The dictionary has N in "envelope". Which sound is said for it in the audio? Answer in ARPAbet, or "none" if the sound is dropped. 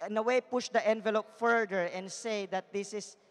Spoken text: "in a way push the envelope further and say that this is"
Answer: N